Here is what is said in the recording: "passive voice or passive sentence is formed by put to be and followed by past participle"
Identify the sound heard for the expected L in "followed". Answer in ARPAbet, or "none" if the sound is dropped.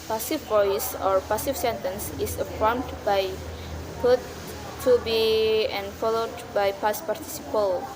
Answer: L